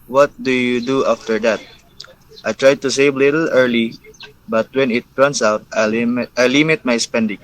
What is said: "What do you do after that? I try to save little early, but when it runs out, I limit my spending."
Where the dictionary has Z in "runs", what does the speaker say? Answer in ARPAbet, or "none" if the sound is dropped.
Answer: S